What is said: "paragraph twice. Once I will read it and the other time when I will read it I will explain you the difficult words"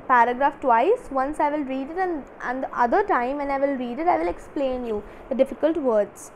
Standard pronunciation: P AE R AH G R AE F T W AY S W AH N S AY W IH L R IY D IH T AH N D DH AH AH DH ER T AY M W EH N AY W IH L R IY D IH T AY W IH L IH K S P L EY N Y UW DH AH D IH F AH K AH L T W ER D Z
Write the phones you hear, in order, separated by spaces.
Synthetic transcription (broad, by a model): P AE R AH G R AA F T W AY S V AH N S AY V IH L R IY D IH T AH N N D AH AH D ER T AY M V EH N AY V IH L R IY D IH T AY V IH L IH K S P L EY N Y UW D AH D IH F AH K AH L T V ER D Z